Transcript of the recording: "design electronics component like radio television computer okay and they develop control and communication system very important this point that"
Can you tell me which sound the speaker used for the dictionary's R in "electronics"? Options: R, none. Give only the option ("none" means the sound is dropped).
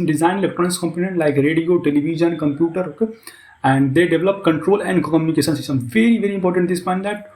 none